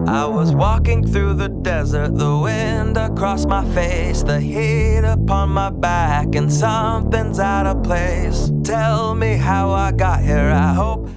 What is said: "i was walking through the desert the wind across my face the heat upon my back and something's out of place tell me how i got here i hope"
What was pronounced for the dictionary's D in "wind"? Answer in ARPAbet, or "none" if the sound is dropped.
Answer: D